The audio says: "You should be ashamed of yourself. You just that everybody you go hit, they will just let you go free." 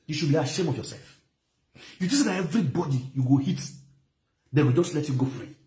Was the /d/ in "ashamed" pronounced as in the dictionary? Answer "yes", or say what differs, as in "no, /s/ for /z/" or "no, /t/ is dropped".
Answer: no, /d/ is dropped